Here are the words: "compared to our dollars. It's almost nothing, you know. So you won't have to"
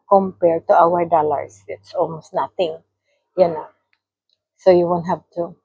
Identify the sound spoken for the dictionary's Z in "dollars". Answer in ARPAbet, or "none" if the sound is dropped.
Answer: S